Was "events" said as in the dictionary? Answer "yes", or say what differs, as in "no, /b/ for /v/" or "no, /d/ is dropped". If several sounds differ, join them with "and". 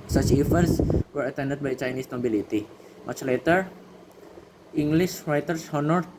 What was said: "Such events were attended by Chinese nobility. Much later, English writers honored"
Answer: no, /f/ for /v/